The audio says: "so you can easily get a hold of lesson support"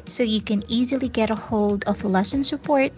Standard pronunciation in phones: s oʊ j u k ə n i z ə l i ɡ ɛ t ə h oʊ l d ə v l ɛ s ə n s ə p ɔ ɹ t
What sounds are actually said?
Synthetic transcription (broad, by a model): s oʊ j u k ə n i z ə l i ɡ ɛ t ə h oʊ l d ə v l ɛ s ə n s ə p ɔ ɹ t